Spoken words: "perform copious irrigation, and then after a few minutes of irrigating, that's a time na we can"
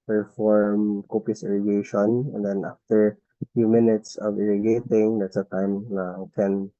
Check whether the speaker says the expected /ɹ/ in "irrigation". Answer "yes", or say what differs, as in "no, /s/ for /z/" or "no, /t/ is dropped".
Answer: yes